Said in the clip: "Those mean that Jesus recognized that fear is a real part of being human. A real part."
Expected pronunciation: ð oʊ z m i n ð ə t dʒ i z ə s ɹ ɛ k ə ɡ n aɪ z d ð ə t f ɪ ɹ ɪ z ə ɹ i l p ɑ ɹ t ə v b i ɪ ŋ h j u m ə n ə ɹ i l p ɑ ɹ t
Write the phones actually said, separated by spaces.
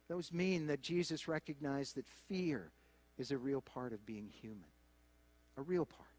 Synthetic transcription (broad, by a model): ð oʊ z m i n ð ə t dʒ i z ə s ɹ ɛ k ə ɡ n aɪ z ð ə t f ɪ ɹ ɪ z ə ɹ i l p ɑ ɹ t ə v b i ɪ ŋ h j u m ə n ə ɹ i l p ɑ ɹ t